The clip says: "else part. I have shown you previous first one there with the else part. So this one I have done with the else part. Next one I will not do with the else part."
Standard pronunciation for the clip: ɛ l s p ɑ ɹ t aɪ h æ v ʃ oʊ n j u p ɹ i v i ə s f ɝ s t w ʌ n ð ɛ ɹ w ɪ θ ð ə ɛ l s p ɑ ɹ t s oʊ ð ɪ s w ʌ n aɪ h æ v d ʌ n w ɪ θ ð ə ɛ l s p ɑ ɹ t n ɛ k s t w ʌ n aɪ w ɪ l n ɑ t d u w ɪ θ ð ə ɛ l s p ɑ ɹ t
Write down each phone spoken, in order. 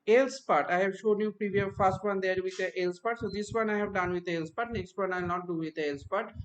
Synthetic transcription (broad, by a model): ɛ l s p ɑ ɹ t aɪ h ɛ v ʃ oʊ n j u p ɹ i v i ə f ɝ s t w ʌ n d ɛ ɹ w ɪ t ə ɛ l s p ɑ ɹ t s oʊ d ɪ s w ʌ n aɪ h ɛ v d ʌ n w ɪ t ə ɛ l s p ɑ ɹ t n ɛ k s t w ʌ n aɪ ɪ l n ɑ t d u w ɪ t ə ɛ l s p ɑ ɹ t